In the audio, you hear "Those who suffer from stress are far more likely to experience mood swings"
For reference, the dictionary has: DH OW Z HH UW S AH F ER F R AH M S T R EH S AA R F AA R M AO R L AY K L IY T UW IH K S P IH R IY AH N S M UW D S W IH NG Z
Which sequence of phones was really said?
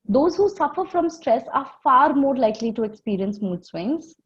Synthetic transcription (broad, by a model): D OW Z HH UW S AH F ER F R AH M S T R EH S AA R F AA R M AO R L AY K L IY T UW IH K S P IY R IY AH N S M UW D S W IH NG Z